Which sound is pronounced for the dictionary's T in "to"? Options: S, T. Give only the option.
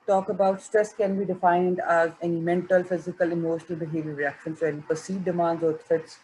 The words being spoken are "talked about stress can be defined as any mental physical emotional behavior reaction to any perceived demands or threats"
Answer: S